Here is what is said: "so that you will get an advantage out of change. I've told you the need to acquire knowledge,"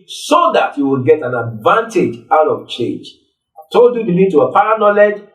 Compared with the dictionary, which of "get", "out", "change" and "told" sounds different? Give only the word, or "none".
told